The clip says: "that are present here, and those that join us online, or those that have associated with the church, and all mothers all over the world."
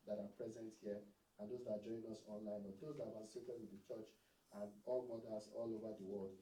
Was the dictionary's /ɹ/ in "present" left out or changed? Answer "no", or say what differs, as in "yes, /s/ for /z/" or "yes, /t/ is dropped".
no